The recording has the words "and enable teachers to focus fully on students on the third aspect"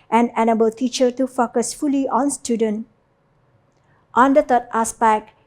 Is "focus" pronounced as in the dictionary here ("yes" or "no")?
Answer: yes